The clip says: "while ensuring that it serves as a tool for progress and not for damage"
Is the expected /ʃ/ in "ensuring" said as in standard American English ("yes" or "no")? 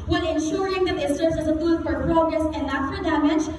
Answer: yes